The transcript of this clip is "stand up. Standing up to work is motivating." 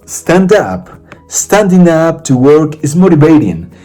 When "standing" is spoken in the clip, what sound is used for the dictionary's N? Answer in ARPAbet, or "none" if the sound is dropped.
N